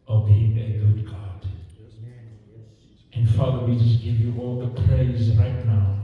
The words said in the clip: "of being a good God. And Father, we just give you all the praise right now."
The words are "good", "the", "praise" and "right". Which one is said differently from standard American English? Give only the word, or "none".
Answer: none